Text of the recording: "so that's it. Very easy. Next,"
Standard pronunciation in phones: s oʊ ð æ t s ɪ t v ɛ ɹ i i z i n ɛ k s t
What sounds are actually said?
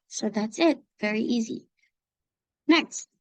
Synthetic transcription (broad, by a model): s oʊ ð æ t s ɪ t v ɛ ɹ i i z i n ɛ k s t